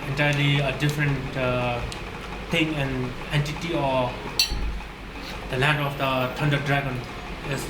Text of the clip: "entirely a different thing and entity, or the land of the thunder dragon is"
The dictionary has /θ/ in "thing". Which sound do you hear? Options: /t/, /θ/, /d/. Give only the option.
/t/